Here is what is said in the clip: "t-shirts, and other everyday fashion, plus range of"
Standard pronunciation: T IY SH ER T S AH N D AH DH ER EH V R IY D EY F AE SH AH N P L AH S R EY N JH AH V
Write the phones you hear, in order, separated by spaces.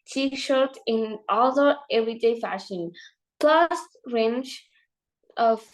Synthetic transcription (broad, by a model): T IY SH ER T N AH L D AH ER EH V R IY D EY F AE SH AH N P L AH S R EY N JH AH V